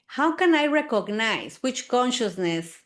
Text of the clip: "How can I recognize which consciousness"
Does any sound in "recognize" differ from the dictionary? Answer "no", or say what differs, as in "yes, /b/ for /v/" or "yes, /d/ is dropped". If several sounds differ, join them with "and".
yes, /s/ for /z/